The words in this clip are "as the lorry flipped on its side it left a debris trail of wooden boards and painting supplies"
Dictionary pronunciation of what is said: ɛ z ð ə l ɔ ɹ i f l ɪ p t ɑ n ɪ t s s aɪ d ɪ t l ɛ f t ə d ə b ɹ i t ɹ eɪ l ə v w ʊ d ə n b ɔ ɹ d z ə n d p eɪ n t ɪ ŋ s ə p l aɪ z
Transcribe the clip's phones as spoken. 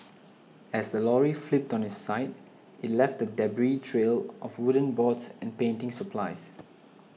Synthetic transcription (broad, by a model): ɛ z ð ə l ɔ ɹ i f l ɪ p t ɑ n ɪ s s aɪ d ɪ t l ɛ f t ə d ə b ɹ i t ɹ eɪ l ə f w ʊ d ə n b ɔ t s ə n p eɪ n t ɪ ŋ s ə p l aɪ s